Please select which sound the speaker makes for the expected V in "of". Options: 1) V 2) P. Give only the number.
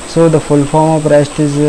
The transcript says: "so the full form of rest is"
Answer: 2